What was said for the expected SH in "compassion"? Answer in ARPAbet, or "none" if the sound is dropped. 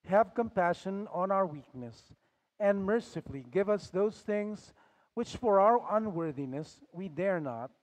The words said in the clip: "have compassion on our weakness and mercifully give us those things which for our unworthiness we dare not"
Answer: SH